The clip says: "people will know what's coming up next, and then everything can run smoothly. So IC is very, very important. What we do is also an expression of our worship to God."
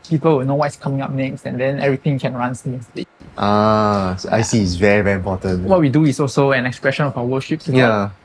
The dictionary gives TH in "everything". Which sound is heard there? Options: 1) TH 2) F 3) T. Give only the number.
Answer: 3